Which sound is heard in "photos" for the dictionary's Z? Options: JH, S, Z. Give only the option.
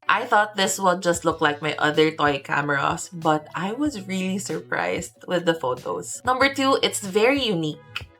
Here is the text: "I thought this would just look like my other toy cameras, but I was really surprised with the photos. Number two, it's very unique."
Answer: S